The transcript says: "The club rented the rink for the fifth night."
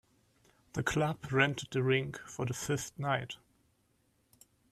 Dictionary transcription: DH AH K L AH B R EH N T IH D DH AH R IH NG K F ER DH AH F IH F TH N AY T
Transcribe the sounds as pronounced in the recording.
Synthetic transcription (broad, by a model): DH AH K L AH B R EH N T IH D DH AH R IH NG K F ER DH AH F IH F T N AY T